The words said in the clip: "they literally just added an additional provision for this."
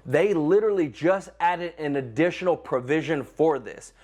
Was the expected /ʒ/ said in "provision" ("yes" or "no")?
yes